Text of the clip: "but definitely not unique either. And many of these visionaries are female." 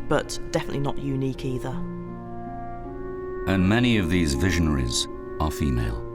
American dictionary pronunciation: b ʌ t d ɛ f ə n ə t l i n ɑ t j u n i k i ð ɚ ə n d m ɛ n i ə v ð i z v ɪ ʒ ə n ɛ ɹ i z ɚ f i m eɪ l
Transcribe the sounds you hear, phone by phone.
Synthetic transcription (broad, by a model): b ʌ t d ɛ f ə n ə t l i n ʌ t j u n i k i ð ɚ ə n m ɛ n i ə v ð i z v ɪ ʒ ə n ɛ ɹ i z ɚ f i m eɪ l